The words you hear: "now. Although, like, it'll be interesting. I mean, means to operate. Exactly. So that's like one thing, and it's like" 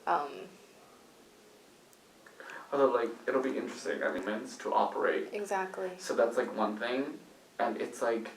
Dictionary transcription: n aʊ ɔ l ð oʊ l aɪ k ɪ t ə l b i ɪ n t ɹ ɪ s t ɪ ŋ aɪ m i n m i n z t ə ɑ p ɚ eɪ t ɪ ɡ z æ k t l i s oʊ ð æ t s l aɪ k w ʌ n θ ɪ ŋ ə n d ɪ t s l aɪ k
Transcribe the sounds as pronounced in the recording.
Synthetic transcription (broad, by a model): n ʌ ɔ ð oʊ l aɪ k ɪ t l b i ɪ n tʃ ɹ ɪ s t ɪ ŋ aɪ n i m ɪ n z t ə ɑ p ɚ eɪ t ɪ ɡ z æ k t l i s oʊ ð æ t s l aɪ k w ʌ n θ ɪ ŋ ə n ɪ t s l aɪ k